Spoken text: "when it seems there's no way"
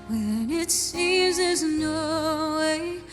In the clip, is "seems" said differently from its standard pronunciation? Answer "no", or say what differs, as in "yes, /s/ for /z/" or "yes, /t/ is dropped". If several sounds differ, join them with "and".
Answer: yes, /m/ is dropped